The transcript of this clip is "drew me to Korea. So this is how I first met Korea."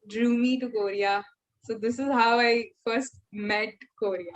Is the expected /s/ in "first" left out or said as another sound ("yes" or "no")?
no